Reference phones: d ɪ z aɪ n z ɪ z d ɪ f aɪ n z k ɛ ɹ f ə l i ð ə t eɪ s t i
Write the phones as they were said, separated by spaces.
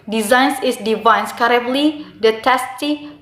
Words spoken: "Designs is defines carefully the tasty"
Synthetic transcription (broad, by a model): d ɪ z aɪ n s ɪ s d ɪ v aɪ n s k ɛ ɹ ə l i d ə t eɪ s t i